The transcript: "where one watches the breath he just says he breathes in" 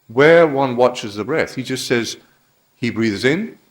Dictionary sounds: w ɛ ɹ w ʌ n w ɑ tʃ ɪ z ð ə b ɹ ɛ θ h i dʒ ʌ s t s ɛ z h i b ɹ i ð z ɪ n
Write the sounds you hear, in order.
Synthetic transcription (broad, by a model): w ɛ ɹ w ʌ n w ɑ tʃ ɪ z ð ə b ɹ ɛ θ h i dʒ ʌ s t s ɛ z h i b ɹ i ð z ɪ n